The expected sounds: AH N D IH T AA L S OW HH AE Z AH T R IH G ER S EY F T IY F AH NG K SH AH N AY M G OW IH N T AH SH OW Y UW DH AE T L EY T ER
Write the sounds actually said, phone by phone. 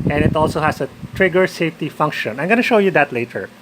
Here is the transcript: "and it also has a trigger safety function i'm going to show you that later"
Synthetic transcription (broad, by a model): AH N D IH T AA L S OW HH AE S AH T R IH G ER S EY F T IY F AH NG K SH AH N AY M G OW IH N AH SH OW Y UW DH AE T L EY T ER